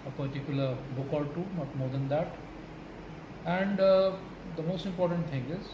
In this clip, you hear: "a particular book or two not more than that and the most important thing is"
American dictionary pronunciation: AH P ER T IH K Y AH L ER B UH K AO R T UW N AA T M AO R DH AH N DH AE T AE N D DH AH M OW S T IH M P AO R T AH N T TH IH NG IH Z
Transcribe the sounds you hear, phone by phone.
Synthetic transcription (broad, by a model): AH P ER T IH K Y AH L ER B UH K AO L T UW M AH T M AO R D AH N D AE T AE N D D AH M OW S T IH M P AO R T AH N T T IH NG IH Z